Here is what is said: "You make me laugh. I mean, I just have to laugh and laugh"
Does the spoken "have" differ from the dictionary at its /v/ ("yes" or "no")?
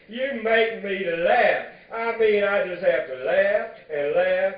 yes